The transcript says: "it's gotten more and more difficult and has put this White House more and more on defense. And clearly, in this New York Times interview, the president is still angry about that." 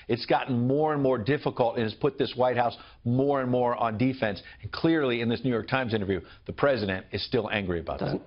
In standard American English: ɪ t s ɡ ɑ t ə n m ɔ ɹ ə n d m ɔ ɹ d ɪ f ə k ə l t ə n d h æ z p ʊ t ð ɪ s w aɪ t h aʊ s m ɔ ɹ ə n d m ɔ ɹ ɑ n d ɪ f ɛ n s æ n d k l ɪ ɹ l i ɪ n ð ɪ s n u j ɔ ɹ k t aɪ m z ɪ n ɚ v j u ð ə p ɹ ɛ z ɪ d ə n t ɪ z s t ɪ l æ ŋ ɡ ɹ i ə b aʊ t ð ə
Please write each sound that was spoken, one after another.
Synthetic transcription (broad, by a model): ɪ t s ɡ ɑ t n m ɔ ɹ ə n m ɔ ɹ d ɪ f ə k ə l t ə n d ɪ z p ʊ t ð ɪ s w aɪ t h aʊ s m ɔ ɹ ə n m ɔ ɹ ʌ n d ɪ f ɛ n s n k l ɪ ɹ l i ɪ n ð ɪ s n u j ɔ ɹ k t aɪ m z ɪ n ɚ v j u ð ə p ɹ ɛ z ɪ d ə n t ɪ z s t ɪ l æ ŋ ɡ ɹ i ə b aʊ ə